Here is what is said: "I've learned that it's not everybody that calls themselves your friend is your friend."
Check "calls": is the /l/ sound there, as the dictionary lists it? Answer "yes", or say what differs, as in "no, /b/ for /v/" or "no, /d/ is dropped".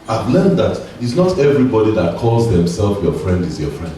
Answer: yes